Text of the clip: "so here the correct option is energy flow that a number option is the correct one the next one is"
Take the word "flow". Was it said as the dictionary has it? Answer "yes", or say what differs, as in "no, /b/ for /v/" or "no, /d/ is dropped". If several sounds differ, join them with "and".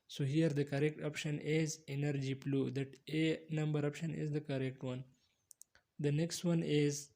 no, /p/ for /f/